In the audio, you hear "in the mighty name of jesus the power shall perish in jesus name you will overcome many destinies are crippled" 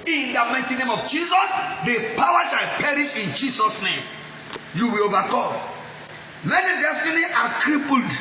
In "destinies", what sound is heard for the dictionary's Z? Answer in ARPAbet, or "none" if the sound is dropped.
none